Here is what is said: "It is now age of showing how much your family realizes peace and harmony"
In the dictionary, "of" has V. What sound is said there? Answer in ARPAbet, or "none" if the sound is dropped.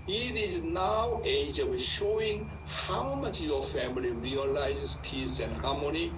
W